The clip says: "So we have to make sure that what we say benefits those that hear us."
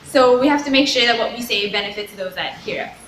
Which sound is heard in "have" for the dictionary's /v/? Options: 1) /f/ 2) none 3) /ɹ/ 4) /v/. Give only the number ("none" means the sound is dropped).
1